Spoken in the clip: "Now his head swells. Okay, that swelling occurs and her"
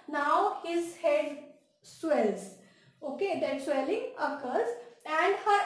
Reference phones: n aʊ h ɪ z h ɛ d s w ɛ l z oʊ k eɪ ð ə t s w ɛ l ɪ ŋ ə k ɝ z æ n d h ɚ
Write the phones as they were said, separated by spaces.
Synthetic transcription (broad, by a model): n aʊ h ɪ z h ɛ d s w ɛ l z oʊ k eɪ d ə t s w ɛ l ɪ ŋ ə k ɝ z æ n d h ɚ